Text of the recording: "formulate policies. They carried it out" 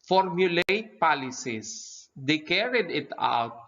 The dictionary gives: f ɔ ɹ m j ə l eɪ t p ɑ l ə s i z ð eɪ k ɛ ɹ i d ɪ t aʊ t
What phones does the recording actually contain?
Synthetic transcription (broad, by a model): f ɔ ɹ m j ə l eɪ t p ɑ l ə s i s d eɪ k ɛ ɹ i d ɪ t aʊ t